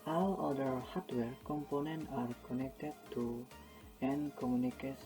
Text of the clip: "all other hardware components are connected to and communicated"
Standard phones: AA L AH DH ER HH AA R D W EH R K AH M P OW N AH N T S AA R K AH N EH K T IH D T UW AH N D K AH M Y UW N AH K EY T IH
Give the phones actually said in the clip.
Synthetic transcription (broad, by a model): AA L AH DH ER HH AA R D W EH R K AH M P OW N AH N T AA R K AH N EH K T IH D T UW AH N K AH M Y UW N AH K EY